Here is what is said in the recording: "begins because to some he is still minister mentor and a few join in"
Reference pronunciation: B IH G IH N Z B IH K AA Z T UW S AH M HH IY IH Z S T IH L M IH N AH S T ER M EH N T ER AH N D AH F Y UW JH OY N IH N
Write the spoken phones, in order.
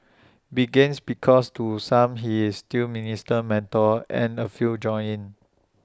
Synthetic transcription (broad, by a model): B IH G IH N S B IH K AA S T UW S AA M HH IY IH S T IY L M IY N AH S T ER M EH N T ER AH N AH F Y UW JH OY IH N